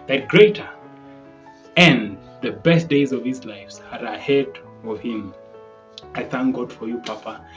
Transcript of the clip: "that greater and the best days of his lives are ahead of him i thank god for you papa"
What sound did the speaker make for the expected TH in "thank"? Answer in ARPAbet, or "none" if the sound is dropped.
TH